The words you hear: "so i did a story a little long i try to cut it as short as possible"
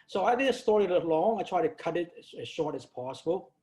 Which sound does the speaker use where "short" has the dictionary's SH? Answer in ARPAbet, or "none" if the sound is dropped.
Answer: SH